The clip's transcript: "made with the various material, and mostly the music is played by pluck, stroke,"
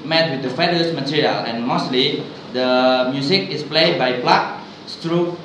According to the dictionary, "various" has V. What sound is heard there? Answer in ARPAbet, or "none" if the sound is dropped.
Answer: F